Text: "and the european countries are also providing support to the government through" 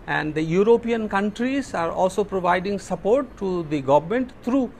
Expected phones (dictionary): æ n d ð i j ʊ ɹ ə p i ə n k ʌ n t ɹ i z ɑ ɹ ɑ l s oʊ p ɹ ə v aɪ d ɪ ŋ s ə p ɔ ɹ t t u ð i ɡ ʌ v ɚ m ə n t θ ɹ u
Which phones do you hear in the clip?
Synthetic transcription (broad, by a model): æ n d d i j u ɹ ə p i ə n k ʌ n t ɹ i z ɑ ɹ ɑ l s oʊ p ɹ ə v aɪ d ɪ ŋ s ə p ɔ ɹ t t u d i ɡ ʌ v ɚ m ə n t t ɹ u